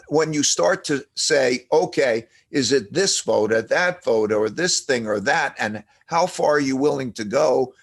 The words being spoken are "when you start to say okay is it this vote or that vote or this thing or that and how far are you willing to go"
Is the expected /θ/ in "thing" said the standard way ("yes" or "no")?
yes